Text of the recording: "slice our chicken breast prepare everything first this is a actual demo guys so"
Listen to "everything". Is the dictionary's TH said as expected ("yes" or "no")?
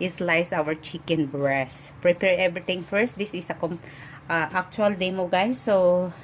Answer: no